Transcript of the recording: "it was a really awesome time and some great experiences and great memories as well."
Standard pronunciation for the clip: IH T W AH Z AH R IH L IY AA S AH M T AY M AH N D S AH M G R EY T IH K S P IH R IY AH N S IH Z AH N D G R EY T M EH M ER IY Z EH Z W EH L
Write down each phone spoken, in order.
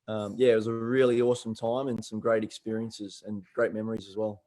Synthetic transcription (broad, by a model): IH T W AH Z AH R IH L IY AA S AH M T AY M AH N S AH M G R EY T IH K S P IH R IY AH N S IH Z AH N G R EY T M EH M ER IY Z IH Z W EH L